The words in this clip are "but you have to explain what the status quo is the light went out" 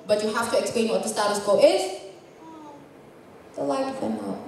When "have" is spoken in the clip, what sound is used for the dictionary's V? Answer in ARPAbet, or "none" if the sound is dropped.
F